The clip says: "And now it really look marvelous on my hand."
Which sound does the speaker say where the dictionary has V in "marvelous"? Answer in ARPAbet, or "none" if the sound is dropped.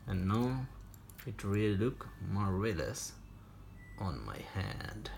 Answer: none